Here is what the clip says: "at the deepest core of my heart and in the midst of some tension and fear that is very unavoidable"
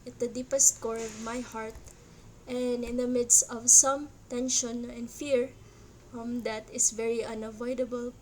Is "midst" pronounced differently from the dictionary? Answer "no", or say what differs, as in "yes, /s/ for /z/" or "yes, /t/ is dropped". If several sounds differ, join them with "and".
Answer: no